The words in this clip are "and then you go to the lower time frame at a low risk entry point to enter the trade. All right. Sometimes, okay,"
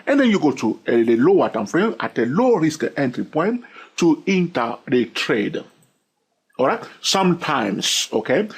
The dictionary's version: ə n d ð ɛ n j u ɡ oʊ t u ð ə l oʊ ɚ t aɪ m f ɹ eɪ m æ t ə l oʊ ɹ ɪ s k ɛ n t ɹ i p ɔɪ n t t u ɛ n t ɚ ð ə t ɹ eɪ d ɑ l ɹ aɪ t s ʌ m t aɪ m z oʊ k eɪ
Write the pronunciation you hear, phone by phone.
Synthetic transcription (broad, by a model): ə n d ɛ n j u ɡ oʊ t u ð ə l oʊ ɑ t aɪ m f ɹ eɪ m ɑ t ə l oʊ ɹ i s k ɛ n t ɹ i p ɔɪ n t t u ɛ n t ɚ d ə t ɹ eɪ d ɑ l ɹ aɪ t s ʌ m t aɪ m s oʊ k eɪ